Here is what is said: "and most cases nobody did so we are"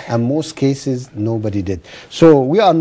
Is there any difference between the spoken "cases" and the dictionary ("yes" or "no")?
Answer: no